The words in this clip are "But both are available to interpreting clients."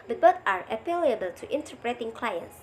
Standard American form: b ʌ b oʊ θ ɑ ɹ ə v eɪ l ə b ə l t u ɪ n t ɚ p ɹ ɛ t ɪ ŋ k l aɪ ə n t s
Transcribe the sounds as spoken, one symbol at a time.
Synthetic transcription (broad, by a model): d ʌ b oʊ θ ɑ ɹ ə p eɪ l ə b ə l t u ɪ n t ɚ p ɹ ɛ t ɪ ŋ k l aɪ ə n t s